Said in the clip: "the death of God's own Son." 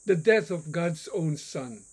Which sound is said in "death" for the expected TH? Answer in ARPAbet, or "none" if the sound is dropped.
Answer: TH